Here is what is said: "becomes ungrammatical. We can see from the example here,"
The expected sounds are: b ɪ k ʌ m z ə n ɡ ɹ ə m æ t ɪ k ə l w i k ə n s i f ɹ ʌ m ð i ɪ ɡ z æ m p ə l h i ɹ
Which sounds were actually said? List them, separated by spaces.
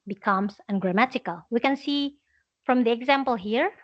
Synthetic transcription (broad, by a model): b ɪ k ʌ m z ə n ɡ ɹ ə m æ t ɪ k ə l w i k ə n s i f ɹ ʌ m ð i ɪ ɡ z æ m p ə l h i ɹ